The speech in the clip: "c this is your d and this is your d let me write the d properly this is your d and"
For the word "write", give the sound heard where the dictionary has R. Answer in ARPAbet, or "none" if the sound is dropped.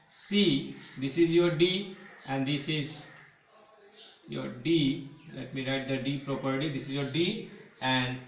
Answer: R